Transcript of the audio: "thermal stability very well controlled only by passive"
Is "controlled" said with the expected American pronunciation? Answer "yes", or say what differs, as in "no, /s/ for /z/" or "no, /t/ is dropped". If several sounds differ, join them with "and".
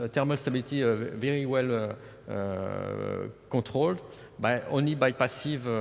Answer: no, /n/ is dropped